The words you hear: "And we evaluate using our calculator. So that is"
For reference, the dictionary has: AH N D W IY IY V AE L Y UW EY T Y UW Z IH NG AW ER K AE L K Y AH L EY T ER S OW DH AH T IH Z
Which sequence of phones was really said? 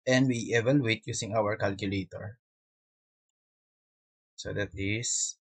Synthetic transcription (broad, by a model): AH N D W IY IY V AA L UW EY T Y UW S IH NG AW ER K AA L K Y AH L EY T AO S OW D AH T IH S